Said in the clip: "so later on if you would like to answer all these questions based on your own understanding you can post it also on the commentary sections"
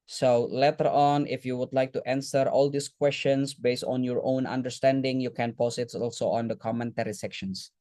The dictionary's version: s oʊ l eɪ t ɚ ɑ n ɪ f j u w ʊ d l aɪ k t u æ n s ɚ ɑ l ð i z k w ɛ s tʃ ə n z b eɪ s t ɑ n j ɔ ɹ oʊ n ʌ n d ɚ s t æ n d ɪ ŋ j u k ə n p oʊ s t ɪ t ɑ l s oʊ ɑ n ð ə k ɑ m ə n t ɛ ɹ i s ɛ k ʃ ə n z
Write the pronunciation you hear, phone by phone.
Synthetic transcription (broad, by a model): s oʊ l eɪ t ɚ ɑ n ɪ f j u w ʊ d l aɪ k t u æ n s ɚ ɑ l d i s k w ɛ s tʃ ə n s b eɪ s t ɑ n j ɔ ɹ oʊ n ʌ n d ɚ s t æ n d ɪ ŋ j u k ə n p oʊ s ɪ t ɑ l s oʊ ɑ n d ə k ɑ m ə n t ɛ ɹ i s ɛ k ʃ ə n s